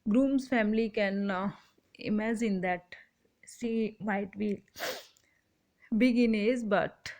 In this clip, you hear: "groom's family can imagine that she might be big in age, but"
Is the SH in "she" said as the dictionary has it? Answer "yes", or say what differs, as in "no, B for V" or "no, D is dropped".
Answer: no, S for SH